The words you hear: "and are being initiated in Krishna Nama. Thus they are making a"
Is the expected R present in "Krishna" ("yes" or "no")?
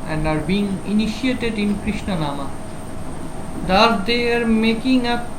yes